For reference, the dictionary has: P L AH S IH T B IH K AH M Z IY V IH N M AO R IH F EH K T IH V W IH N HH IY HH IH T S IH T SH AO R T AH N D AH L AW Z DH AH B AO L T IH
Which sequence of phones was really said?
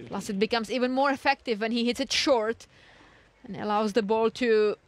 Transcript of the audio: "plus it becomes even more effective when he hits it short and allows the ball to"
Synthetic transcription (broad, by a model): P L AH S IH T B IH K AH M Z IY V IH N M AO R IH F EH K T IH V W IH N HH IY HH IH T S IH T SH AO R T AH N AH L AW Z DH AH B AO L T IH